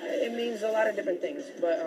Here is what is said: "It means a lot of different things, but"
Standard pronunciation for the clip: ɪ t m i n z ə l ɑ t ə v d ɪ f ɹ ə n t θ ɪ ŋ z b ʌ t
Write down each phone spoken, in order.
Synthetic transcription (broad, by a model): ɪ t m i n z ə l ɑ t ə v d ɪ f ɹ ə n θ ɪ ŋ z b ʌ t